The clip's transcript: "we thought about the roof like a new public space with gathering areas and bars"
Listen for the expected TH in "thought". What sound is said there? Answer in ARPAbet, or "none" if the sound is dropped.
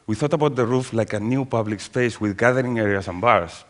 TH